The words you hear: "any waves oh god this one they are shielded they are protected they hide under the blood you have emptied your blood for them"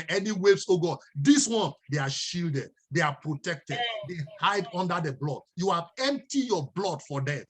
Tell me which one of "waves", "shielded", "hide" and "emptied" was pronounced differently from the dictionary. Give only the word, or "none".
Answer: waves